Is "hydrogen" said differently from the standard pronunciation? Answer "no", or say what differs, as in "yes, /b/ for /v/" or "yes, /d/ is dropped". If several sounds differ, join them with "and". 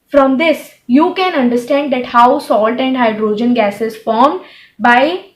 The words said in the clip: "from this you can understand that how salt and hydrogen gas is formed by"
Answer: no